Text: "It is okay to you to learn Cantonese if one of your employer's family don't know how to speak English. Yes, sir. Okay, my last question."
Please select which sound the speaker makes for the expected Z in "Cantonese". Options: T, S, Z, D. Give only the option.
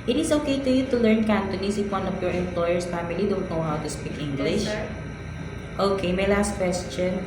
S